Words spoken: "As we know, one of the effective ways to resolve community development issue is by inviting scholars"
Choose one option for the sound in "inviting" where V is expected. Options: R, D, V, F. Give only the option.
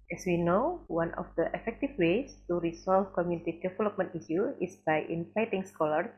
F